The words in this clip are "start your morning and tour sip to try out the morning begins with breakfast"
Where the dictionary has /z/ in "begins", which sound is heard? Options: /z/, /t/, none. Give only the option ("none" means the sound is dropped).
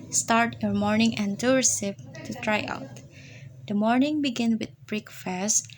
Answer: none